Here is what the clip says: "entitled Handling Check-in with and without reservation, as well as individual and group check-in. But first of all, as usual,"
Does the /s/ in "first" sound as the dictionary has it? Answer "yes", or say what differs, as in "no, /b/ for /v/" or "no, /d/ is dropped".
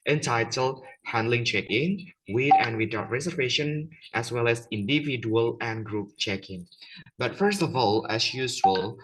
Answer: yes